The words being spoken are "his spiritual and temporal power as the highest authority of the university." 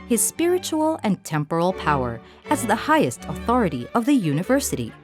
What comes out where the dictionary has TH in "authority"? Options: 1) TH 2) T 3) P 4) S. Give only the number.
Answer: 1